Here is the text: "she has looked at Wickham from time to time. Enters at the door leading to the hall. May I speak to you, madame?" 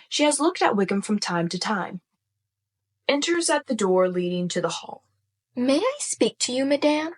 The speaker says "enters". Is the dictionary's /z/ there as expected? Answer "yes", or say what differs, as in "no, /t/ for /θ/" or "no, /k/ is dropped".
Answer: yes